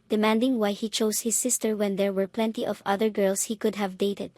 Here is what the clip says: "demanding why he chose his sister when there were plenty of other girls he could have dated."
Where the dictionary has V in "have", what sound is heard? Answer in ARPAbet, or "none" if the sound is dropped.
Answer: V